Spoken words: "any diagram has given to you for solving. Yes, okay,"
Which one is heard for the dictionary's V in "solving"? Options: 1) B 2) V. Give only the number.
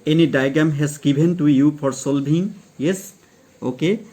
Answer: 1